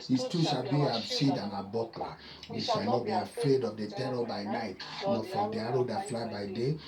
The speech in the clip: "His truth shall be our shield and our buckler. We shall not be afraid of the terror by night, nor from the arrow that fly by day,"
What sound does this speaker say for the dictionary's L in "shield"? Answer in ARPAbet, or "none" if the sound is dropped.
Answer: none